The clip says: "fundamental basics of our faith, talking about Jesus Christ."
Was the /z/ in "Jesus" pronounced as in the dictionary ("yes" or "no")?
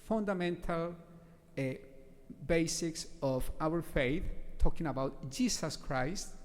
no